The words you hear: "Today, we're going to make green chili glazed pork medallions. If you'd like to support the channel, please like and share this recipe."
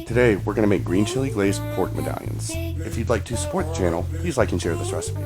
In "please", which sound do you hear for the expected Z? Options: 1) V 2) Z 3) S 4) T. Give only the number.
2